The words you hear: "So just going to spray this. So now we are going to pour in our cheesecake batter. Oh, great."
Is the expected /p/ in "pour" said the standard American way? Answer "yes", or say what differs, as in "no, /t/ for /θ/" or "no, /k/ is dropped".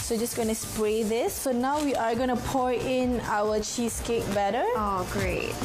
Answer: yes